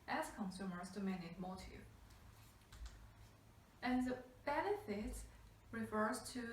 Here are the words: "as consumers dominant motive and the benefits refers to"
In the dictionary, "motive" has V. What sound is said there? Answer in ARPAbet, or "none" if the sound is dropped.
none